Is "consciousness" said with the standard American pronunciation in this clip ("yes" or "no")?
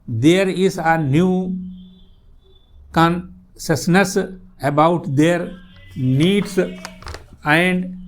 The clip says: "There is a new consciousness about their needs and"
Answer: no